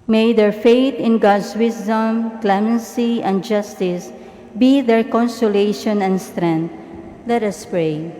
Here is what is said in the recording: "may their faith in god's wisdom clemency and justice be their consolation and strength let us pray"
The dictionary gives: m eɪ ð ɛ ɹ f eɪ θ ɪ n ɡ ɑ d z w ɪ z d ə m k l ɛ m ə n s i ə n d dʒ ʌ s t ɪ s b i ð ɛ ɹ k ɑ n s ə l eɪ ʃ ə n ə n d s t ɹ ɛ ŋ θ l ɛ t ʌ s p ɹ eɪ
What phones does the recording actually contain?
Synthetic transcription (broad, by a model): m eɪ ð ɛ ɹ f eɪ t ɪ n ɡ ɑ d s w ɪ s d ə m k l ɛ m ə n s i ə n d dʒ ʌ s t ɪ s b i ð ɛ ɹ k ɑ n s ə l eɪ ʃ ə n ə n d s t ɹ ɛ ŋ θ l ɛ t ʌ s p ɹ eɪ